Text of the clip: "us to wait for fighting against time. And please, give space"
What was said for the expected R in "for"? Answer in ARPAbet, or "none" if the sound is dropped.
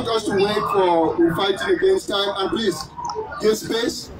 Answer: W